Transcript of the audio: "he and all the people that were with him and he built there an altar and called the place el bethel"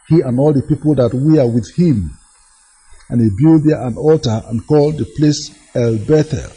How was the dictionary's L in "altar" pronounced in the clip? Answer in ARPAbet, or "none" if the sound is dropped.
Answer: L